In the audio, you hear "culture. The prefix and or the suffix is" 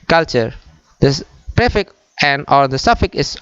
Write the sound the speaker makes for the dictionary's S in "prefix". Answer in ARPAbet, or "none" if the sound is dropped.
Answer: none